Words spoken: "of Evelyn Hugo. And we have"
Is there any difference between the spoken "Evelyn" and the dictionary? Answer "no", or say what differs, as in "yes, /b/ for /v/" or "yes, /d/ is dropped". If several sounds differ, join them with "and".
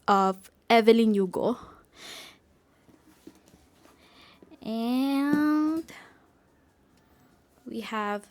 no